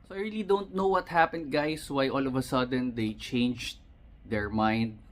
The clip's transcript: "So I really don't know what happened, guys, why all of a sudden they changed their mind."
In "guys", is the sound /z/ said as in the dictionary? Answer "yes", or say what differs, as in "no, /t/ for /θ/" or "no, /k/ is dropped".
no, /s/ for /z/